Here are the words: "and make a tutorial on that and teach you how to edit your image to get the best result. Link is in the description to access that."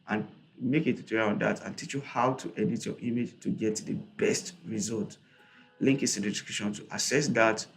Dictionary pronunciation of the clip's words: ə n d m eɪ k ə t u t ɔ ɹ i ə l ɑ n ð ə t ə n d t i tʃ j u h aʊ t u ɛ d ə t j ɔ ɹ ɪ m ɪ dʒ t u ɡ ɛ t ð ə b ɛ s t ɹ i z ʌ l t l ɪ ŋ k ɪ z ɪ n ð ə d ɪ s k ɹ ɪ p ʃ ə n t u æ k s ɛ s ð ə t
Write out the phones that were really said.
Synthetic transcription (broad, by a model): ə n m eɪ k ə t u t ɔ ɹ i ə ɑ n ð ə t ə n t i tʃ j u h aʊ t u ɛ d ə t j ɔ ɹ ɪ m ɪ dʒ t u ɡ ɛ t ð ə b ɛ s t ɹ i z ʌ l t l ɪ ŋ k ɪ s ɪ n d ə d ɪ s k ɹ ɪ ʃ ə n t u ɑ s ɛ s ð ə t